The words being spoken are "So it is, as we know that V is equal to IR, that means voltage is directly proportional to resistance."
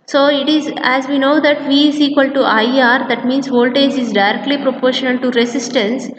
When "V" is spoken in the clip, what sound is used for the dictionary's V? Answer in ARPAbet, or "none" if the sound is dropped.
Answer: V